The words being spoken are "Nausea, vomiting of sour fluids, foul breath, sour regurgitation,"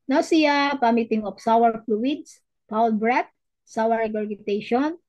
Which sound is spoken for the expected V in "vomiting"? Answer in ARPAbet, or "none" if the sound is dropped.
P